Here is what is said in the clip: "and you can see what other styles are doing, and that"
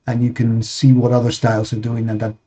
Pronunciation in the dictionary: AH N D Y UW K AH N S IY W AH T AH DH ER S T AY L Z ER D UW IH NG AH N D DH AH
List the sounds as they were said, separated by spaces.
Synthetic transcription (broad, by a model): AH N Y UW K AH N S IY W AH T AH DH ER S T AY L Z ER D UW IH NG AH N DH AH